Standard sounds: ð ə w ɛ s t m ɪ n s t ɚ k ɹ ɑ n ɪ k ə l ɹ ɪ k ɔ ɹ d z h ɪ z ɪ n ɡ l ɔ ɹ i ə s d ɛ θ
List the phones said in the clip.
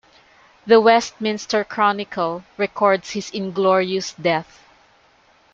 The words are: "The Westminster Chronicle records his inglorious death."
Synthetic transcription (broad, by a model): ð ə w ɛ s t m ɪ n s t ɚ k ɹ ɑ n ɪ k ə l ɹ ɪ k ɔ ɹ d s h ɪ s ɪ n ɡ l ɔ ɹ i ə s d ɛ θ